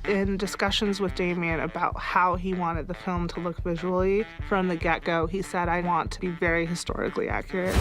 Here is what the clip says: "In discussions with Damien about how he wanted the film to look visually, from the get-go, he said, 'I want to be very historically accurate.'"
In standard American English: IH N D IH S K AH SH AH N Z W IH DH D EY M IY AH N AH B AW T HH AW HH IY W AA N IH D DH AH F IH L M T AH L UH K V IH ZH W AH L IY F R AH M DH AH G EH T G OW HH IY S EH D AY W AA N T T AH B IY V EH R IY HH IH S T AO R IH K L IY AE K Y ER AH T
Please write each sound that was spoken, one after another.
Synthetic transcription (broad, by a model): IH N D IH S K AH SH AH N Z W IH DH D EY M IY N AH B AW T HH AW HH IY W AA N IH D DH AH F IH L M T AH L UH K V IH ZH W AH L IY F R AH M DH AH G EH T G OW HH IY S EH D AY W AA N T T AH B IY V EH R IY HH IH S T AO R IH K L IY AE K Y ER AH T